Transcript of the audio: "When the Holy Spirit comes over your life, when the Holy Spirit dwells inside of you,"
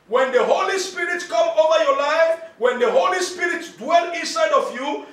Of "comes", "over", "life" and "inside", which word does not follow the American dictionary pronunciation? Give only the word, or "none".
comes